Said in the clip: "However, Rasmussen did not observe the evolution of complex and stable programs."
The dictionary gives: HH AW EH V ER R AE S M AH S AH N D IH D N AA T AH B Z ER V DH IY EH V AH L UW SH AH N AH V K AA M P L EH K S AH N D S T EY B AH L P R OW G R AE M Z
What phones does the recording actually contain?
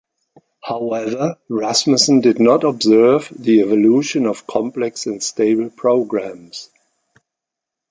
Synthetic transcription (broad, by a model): HH AW EH V ER R AE S M AH S AH N D IH D N AA T AH B Z ER V DH IY EH V AH L UW SH AH N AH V K AA M P L EH K S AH N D S T EY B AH L P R OW G R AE M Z